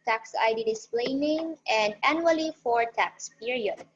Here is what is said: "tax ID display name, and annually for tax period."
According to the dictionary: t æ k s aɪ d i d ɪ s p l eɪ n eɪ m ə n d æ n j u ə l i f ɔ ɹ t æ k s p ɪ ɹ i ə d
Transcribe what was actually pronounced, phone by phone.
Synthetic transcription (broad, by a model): t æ k s aɪ d i d ɪ s p l eɪ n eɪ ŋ ə n d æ n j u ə l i f ɔ ɹ t æ k s p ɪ ɹ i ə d